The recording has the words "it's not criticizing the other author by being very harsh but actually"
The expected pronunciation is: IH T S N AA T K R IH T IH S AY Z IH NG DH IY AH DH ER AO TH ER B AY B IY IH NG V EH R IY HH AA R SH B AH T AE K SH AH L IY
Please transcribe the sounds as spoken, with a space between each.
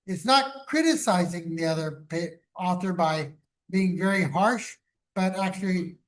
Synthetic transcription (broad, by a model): IH T S N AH T K R IH T IH S AY Z IH NG DH IY AH DH ER AO TH ER B AY B IY IH NG V EH R IY HH AA R SH B AH T AE K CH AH L IY